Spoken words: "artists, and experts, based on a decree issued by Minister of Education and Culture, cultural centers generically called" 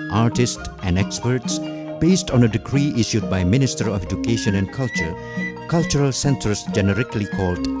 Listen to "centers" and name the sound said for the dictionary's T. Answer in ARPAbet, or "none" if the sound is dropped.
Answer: S